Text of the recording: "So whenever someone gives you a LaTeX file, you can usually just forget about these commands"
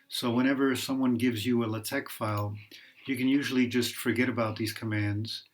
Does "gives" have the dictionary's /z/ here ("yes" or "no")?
yes